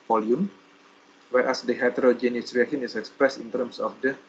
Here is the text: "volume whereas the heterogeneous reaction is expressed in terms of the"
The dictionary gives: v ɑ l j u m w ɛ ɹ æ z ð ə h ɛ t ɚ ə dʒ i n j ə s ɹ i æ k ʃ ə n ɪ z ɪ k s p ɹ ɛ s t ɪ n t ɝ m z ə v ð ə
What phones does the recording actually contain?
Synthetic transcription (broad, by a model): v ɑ l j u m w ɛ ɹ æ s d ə h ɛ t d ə dʒ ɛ n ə s ɹ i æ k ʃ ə n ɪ s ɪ k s p ɹ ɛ s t ɪ n t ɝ m s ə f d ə